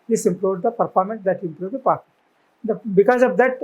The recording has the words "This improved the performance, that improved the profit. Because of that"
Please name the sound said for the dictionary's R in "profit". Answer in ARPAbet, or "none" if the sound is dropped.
none